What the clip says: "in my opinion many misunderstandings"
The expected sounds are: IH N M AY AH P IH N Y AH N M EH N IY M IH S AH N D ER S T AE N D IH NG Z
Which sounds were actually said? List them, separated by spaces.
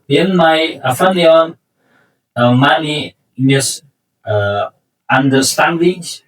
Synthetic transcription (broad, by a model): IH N M AY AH F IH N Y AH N M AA N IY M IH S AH N D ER S T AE N D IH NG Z